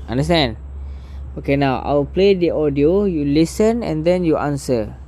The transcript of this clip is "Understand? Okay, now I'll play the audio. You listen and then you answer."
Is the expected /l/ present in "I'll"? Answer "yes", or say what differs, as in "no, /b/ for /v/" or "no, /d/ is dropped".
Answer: no, /w/ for /l/